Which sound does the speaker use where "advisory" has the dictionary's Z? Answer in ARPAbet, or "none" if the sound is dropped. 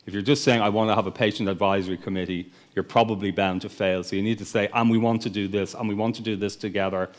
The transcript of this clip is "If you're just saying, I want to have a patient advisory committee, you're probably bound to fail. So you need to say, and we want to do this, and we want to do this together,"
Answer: Z